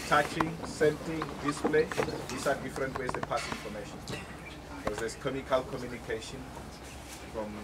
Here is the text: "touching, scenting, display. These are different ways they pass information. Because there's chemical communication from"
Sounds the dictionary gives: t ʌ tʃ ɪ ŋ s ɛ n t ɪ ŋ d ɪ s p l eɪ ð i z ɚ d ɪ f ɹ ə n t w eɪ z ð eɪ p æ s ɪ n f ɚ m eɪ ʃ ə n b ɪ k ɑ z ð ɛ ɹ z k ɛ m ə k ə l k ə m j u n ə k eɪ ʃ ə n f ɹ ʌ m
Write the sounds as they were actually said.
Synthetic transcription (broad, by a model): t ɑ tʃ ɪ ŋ s ɛ n t ɪ ŋ d ɪ s p l eɪ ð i s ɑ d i f ɹ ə n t w eɪ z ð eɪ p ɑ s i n f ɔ m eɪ ʃ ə n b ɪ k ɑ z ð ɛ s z k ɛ m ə k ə l k ə m j u n ə k eɪ ʃ ə n f ɹ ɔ m